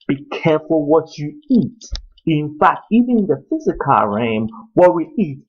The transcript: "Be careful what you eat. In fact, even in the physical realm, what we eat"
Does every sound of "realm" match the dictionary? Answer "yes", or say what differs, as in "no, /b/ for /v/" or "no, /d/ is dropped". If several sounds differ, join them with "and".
no, /l/ is dropped